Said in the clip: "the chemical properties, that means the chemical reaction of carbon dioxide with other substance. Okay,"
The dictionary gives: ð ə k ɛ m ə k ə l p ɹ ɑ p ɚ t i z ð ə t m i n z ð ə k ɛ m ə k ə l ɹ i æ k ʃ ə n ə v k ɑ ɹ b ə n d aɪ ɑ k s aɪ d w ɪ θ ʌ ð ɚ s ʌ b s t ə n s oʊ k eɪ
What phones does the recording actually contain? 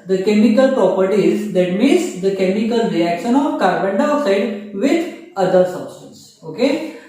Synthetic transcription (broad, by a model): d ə k ɛ m ə k ə l p ɹ ɑ p ɚ t i z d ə t m i n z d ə k ɛ m ə k ə l ɹ i æ k ʃ ə n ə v k ɑ ɹ b ə n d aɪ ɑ s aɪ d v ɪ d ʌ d ɚ s ʌ b s t ə n s oʊ k eɪ